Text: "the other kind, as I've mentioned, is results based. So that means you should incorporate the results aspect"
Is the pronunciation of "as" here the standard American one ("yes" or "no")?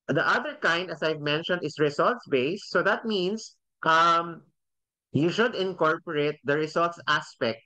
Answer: no